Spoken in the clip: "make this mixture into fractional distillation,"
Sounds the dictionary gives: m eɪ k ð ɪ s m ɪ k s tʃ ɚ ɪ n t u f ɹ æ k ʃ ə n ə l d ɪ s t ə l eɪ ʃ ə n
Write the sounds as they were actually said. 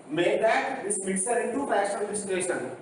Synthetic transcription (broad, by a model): m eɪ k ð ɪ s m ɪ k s ɚ ɪ n t u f æ ʃ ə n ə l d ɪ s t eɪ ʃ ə n